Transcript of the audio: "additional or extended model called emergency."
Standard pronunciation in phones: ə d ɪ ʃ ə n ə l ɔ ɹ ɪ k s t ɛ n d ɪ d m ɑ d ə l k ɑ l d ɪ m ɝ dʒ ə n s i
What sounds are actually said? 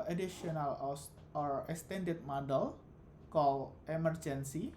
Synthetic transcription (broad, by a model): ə d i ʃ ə n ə l ɔ ɹ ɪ k s t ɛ n d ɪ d m ɑ d ə l k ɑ l ɪ m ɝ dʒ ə n s i